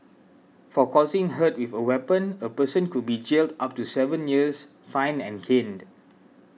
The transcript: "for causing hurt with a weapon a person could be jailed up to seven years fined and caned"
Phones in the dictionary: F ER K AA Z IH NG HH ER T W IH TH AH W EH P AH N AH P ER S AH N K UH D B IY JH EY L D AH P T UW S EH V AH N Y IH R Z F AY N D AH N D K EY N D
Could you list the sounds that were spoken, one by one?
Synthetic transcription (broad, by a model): F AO K AA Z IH NG HH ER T W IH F AH W EH P AH N AH P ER S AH N K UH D B IY JH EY L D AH P T UW S EH V AH N Y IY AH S F AY N AH N K EY N D